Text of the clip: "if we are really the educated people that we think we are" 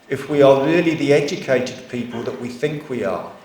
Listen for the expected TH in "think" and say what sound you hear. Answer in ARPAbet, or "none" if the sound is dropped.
TH